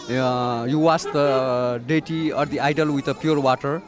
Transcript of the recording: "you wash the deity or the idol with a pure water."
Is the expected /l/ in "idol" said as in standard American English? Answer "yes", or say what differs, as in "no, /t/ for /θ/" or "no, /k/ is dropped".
yes